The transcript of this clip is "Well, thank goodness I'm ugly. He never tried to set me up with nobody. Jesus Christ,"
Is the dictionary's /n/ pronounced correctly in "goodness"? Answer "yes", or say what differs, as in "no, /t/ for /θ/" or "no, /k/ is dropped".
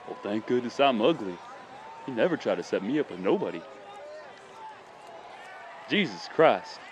no, /n/ is dropped